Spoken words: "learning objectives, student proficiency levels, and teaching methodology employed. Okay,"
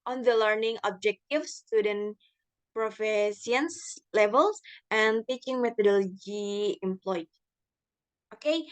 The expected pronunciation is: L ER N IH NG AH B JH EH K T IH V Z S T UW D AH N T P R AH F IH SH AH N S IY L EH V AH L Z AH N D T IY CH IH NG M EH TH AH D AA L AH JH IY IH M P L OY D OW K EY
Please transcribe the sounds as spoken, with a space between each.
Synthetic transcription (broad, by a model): L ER N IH NG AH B JH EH K T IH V S T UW D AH N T P R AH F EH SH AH N S L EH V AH L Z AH N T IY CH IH NG M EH T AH D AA L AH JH IY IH M P L OY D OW K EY